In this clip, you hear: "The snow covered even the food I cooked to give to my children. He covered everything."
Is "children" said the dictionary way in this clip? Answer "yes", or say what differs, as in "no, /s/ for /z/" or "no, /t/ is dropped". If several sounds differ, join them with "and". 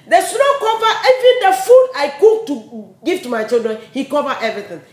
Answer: yes